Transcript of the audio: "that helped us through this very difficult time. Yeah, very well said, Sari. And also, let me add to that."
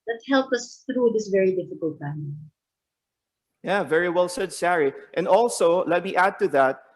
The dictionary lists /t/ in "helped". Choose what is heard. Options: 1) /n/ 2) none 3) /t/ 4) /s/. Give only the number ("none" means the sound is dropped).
2